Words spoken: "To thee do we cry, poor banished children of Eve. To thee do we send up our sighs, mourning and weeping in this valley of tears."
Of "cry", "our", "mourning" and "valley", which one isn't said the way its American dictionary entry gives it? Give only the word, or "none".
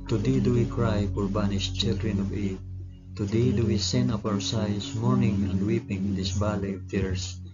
valley